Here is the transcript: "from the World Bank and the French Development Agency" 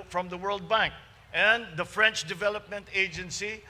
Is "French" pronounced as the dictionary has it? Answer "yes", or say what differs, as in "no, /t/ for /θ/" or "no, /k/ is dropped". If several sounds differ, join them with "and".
yes